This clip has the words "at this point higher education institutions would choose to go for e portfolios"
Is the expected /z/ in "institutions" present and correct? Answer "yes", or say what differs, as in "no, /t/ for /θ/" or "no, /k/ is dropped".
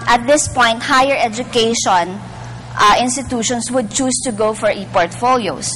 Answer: no, /s/ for /z/